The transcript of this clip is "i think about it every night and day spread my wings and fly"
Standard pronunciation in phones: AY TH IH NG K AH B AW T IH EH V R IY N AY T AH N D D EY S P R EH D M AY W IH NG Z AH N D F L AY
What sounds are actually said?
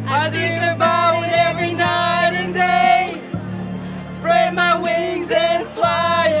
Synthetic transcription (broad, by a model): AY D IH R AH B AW IH EH V R IY N AY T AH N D D EY S P R EH D M AY W IH NG Z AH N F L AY